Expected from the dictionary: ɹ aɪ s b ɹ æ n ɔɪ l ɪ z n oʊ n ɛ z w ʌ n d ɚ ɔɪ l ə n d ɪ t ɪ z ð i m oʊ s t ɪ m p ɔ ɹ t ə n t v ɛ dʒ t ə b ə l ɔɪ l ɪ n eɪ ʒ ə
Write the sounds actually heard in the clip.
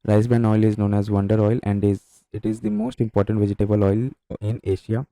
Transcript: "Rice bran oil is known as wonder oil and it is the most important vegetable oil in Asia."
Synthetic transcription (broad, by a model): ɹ aɪ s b æ n ɔɪ l ɪ z n oʊ n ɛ z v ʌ n d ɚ ɔɪ l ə n d ɪ t ɪ z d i m oʊ s t ɪ m p ɔ ɹ t ə n t v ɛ dʒ t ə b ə l ɔɪ l ɪ n eɪ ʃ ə